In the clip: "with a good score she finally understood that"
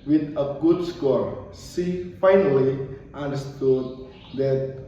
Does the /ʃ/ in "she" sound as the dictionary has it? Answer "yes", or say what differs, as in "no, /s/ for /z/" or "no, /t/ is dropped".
no, /s/ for /ʃ/